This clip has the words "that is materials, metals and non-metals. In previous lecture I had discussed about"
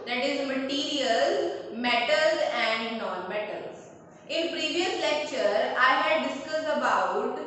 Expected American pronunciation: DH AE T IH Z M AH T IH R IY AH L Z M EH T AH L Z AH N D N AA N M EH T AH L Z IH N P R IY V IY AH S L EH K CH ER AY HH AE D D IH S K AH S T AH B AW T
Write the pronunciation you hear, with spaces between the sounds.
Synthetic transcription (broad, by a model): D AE T IH Z M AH T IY R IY AH L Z M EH T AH L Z AH N D N AA N M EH T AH L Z IH N P R IY V IY AH S L EH K CH ER AY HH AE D D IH S K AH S AH B AW T